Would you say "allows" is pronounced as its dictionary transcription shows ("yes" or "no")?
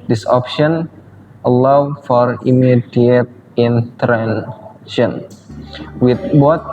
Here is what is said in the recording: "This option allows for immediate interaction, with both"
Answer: no